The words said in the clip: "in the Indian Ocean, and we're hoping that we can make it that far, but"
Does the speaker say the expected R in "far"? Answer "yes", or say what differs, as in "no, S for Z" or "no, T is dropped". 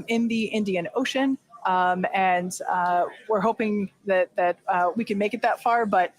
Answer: yes